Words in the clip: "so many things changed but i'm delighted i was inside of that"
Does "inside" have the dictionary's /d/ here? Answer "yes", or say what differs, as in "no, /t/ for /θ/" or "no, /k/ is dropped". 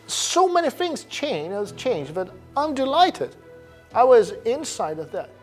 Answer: yes